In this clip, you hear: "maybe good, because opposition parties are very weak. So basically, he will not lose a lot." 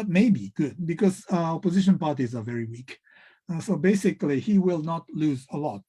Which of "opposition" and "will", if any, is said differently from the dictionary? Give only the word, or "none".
none